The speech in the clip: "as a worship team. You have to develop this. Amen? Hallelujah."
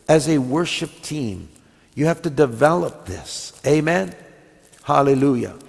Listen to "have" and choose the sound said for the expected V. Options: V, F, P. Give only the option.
F